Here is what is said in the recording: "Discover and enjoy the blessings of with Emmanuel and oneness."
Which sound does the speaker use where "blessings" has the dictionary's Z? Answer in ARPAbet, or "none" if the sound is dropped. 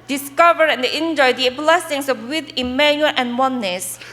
S